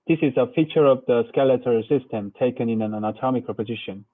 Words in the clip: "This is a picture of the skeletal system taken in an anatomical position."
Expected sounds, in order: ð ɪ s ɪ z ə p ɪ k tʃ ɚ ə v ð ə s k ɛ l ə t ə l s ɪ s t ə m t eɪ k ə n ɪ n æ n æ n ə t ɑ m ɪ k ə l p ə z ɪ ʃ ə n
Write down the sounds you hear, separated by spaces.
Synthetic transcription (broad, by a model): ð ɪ s ɪ z ə f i tʃ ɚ ə v ð ə s k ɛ l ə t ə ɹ s ɪ s t ə m t eɪ k ə n ɪ n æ n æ n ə t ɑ m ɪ k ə p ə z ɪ ʃ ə n